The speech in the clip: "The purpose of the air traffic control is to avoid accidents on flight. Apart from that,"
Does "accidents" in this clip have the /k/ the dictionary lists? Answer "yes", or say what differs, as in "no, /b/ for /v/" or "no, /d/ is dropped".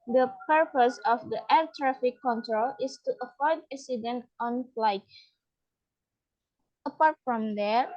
no, /k/ is dropped